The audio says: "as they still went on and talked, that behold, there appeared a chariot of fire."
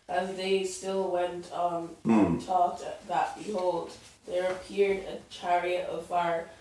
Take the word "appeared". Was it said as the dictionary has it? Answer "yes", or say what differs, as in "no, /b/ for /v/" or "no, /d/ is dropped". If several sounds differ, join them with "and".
yes